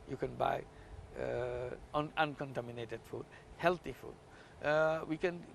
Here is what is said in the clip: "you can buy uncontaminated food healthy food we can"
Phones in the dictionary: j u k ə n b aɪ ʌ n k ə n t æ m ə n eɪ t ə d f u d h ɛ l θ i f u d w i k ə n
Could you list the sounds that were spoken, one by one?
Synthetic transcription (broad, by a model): j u k ə n b aɪ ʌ n k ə n t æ m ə n eɪ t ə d f u d h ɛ l t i f u d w i k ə n